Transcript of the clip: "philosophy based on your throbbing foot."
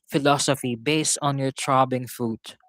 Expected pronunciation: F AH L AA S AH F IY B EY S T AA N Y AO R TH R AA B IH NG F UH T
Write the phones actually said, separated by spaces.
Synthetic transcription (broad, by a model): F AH L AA S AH F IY B EY S T AA N Y AO R T R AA B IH NG F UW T